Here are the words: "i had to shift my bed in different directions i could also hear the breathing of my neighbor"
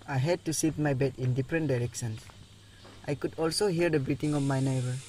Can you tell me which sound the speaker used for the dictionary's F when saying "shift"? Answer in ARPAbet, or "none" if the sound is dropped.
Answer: none